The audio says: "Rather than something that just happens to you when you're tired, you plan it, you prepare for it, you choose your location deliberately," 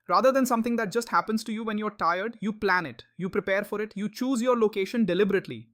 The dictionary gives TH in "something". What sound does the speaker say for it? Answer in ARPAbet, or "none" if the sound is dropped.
T